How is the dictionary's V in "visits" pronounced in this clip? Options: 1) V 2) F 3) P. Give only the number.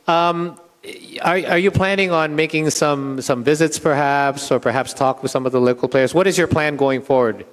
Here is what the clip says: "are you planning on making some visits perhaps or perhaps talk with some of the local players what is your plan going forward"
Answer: 1